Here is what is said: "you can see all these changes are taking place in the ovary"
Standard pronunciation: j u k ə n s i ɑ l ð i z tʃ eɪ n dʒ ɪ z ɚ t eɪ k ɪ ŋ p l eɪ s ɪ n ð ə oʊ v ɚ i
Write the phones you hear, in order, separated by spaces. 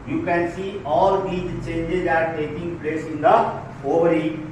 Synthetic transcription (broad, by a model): j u k ə n s i ɑ l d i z tʃ eɪ n dʒ ɪ z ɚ t eɪ k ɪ ŋ p l eɪ s ɪ n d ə oʊ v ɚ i